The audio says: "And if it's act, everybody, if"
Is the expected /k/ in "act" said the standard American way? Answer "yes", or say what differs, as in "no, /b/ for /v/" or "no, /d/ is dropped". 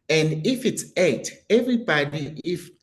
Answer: no, /k/ is dropped